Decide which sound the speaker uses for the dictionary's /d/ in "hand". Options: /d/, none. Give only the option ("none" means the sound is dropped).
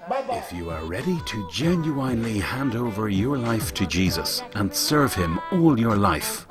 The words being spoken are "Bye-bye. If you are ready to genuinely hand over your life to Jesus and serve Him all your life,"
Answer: /d/